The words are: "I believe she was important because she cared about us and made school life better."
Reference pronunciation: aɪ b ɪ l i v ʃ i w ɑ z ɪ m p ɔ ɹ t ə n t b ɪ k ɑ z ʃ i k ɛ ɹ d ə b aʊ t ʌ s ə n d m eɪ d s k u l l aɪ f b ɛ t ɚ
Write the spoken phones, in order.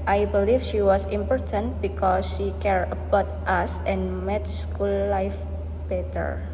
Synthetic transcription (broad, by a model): aɪ b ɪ l i f ʃ i w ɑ s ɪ m p ɔ ɹ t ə n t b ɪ k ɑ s ʃ i k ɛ ɹ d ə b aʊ t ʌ s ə n m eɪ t s k u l l aɪ f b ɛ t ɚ